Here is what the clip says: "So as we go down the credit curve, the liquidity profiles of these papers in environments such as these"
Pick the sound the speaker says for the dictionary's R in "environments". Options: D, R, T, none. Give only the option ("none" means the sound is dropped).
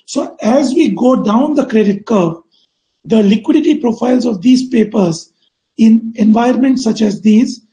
none